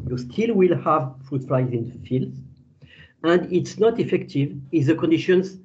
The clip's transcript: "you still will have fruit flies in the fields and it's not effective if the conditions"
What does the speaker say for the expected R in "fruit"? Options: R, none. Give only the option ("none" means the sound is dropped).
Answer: R